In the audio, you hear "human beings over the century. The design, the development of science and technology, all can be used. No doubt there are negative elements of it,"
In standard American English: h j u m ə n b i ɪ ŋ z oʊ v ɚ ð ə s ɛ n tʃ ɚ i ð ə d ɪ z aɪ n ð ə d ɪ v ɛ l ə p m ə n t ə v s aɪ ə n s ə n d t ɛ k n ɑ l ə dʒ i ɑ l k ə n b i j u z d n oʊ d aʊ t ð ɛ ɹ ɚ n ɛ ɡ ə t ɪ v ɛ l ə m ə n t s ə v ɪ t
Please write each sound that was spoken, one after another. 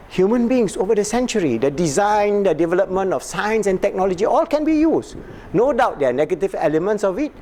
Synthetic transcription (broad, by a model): h j u m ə n b i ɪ ŋ s oʊ v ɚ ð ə s ɛ n tʃ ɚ i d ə d ɪ z aɪ n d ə d ɪ v ɛ l ə p m ə n t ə f s aɪ ə n s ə n t ɛ k n ɑ l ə dʒ i ɑ l k ə n b i j u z n oʊ d aʊ t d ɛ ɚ n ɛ ɡ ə t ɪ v ɛ l ə m ə n t s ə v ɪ t